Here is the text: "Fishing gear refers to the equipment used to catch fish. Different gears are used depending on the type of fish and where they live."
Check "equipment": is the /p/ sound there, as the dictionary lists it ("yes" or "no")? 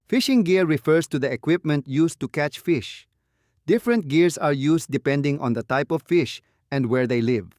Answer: yes